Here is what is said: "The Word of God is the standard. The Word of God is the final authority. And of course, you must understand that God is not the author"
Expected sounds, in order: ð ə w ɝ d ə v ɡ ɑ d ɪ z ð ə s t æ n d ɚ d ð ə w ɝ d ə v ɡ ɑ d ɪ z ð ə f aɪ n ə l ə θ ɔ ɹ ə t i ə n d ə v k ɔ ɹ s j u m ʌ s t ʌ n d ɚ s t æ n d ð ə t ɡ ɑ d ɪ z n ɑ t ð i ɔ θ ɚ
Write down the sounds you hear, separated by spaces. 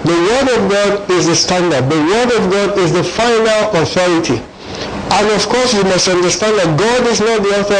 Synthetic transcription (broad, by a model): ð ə w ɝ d ə v ɡ ɑ d ɪ z ð ə s t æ n d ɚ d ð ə w ɝ d ə v ɡ ɑ d ɪ z ð ə f aɪ n ə l ə θ ɔ ɹ ə t i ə n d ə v k ɔ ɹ s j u m ʌ s t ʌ n d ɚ s t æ n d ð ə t ɡ ɑ d ɪ z n ɑ t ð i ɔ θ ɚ